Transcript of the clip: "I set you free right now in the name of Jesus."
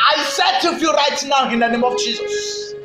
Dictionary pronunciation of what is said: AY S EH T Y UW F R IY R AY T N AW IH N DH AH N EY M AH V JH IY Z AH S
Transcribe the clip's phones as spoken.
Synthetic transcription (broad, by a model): AY S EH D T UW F IY R AY T N AW IH N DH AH N EY M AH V JH IY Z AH S